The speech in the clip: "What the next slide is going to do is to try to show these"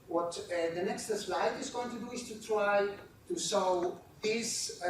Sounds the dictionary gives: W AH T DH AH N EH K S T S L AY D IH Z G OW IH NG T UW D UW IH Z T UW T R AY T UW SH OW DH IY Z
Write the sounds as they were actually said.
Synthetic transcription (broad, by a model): W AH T DH AH N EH K S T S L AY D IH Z G OW IH NG T UW D UW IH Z T UW T R AY T UW S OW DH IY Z